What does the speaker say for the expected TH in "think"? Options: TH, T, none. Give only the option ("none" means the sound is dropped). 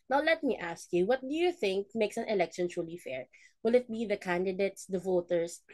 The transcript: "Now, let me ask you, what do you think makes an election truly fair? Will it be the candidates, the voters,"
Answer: TH